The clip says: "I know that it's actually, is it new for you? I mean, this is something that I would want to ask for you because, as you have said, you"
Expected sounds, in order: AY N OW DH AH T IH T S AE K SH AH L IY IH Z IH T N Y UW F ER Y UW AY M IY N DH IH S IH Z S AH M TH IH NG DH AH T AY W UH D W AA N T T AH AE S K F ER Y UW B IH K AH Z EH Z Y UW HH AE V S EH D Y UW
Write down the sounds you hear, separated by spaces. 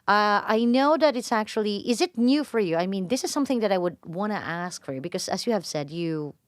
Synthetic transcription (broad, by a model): AY N OW DH AH T IH T S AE K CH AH L IY IH Z IH T N Y UW F ER Y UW AY M IY N DH IH S IH Z S AH M TH IH NG DH AH T AY W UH D W AA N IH T AE S K F ER Y UW B IH K AH Z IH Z Y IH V S EH D Y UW